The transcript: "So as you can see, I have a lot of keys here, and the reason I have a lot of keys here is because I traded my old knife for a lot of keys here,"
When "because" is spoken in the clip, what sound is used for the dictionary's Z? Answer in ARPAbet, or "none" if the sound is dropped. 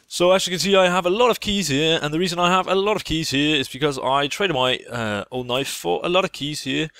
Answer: Z